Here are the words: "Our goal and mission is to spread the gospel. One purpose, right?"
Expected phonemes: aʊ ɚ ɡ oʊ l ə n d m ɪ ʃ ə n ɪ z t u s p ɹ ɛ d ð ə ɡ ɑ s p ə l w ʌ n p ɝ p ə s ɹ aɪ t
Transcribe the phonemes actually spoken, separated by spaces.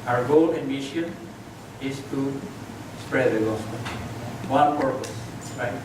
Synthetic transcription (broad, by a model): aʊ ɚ ɡ oʊ l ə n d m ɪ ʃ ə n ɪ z t u s p ɹ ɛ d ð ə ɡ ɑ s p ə n w ʌ n p ɝ p ə s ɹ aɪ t